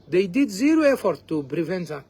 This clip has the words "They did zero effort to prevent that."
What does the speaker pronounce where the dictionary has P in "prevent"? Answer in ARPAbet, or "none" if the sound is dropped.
B